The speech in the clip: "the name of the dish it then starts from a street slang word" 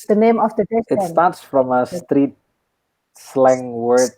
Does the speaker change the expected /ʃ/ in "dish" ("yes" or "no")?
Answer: yes